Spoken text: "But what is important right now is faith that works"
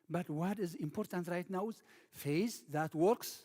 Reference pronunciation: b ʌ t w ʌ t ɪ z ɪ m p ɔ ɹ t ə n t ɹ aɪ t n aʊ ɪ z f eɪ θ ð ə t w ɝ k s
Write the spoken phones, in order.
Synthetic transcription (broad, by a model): b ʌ t w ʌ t ɪ z ɪ m p ɔ ɹ t ə n t ɹ aɪ t n aʊ ɪ z f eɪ s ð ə t w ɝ k s